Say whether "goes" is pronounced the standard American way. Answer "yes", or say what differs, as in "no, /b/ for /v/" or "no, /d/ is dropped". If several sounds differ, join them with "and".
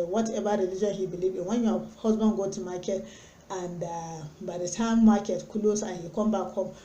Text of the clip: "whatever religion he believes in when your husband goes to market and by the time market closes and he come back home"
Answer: no, /z/ is dropped